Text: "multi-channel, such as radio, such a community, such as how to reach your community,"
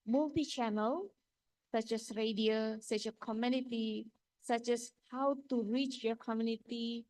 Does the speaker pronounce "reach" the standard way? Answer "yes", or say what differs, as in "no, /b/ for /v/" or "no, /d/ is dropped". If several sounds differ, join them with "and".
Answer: yes